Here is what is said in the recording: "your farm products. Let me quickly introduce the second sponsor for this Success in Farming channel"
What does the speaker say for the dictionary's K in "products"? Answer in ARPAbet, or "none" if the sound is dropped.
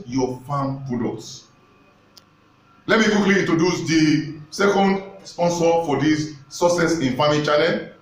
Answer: none